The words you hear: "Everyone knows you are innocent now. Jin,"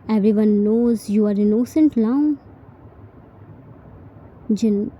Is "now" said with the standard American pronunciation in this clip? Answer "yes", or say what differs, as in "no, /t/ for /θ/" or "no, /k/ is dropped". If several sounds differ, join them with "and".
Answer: no, /l/ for /n/